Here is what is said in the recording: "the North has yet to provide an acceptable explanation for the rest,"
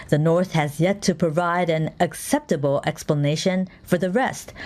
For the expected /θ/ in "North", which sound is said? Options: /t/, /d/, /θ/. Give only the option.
/θ/